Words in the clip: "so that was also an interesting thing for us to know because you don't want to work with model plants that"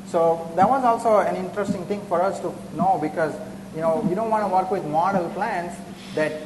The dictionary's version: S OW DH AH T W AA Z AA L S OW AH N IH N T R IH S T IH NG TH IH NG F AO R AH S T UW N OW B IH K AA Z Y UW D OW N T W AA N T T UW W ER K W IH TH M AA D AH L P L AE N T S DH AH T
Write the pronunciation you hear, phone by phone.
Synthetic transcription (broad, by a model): S OW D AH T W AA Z AA L S OW AH N IH N T R IH S T IH NG T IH NG F AO R AH S T UW N OW B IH K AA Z Y UW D OW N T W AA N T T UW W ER K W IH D M AA D AH L P L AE N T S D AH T